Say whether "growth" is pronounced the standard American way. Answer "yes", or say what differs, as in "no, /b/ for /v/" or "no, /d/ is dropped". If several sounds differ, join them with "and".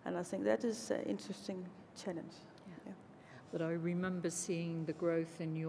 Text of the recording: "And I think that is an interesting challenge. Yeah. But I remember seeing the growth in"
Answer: yes